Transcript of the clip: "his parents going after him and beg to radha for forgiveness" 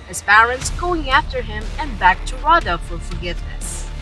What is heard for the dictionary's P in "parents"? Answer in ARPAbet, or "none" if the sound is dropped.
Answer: P